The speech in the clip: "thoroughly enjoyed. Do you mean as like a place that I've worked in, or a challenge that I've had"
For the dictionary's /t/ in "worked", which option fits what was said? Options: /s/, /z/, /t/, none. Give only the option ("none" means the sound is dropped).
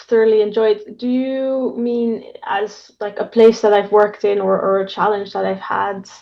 /t/